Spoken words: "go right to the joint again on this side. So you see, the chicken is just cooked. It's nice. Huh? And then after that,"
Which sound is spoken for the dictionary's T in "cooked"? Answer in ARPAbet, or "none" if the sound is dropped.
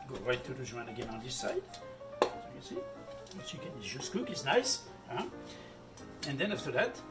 none